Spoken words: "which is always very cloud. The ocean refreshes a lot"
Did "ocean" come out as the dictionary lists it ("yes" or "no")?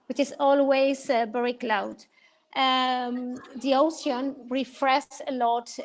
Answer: no